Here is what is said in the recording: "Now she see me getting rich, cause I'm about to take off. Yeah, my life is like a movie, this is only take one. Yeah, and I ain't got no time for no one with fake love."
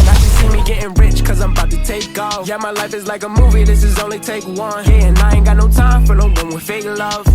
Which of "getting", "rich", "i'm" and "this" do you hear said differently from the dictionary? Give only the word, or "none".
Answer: none